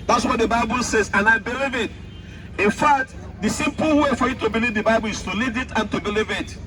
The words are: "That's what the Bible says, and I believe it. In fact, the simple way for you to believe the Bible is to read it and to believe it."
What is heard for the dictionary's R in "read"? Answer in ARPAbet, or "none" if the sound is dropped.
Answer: L